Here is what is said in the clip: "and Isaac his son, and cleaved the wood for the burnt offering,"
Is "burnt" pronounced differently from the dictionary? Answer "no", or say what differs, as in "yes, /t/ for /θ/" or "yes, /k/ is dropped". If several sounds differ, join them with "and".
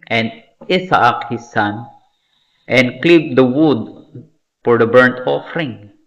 no